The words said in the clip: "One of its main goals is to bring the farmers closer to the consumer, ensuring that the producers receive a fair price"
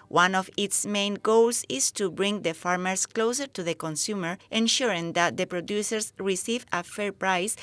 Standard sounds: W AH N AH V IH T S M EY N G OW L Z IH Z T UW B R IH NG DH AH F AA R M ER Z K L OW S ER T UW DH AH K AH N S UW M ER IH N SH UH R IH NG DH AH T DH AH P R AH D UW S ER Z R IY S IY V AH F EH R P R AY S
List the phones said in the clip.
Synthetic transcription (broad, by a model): W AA N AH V IH T S M EY N G OW L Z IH S T UW B R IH NG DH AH F AA R M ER S K L OW S ER T UW DH AH K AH N S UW M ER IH N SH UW R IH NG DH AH T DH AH P R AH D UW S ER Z R IY S IY V AH F EH R P R AY S